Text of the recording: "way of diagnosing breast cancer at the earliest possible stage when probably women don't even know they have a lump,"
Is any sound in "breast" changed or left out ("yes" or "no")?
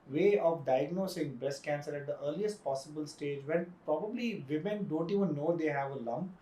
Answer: yes